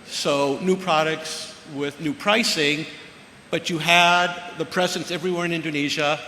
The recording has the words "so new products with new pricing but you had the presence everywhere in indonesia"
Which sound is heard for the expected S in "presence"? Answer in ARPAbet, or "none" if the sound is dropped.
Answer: S